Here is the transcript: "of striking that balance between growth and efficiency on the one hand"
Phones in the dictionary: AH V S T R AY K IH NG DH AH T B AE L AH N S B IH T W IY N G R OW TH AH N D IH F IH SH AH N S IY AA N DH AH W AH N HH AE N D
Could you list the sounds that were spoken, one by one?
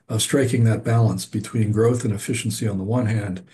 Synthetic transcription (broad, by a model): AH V S T R AY K IH NG DH AH T B AE L AH N S B IH T W IY N G R OW TH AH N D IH F IH SH N S IY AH N DH AH W AH N HH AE N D